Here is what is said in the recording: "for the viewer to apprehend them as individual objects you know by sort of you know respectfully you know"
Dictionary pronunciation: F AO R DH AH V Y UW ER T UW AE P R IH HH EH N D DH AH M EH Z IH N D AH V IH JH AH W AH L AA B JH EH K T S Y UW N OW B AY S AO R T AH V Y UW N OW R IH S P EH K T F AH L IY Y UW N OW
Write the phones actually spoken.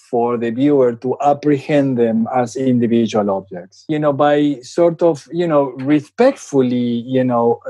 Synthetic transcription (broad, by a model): F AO R DH AH B Y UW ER T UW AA P R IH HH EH N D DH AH M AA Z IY N D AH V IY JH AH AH L AA B JH EH K T S Y UW N OW B AY S AO R T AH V Y UW N OW R IH S P EH K T F AH L IY Y UW N OW